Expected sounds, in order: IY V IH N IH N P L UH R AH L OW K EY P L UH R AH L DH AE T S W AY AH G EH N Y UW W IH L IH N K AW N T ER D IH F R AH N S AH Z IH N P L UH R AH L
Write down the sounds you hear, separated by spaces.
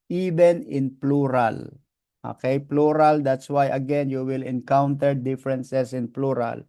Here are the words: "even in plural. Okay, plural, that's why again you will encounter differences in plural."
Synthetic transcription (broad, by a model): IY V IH N IH N P L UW R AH L OW K EY P L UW R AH L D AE T S W AY AH G EH N Y UW W IH L IH N K AW N T ER D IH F R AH N S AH S IH N P L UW R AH L